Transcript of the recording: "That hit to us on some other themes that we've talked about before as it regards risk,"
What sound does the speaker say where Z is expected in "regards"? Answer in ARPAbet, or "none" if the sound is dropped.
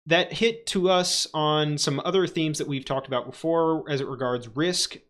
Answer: Z